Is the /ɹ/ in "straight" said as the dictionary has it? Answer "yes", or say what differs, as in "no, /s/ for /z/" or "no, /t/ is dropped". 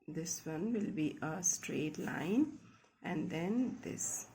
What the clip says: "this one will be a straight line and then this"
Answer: yes